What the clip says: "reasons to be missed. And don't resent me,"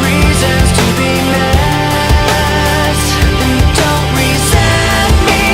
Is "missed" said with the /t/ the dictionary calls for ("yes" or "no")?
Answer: no